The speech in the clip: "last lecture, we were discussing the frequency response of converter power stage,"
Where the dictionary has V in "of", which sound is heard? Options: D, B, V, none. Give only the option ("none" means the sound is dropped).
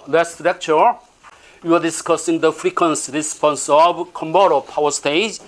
B